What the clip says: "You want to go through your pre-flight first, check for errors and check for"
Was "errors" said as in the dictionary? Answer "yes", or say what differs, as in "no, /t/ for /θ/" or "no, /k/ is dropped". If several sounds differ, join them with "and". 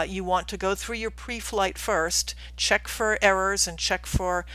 yes